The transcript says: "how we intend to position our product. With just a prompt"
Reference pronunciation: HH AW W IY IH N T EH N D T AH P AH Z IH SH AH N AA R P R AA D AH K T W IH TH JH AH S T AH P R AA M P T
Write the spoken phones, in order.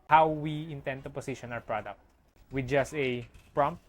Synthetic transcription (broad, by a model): HH AW W IY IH N T EH N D T AH P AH S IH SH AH N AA W P R AA D AH K T W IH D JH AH S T AH P R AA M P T